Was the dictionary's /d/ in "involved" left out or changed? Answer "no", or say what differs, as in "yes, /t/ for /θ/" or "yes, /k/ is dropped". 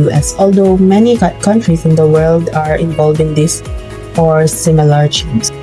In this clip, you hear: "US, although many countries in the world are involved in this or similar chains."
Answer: yes, /d/ is dropped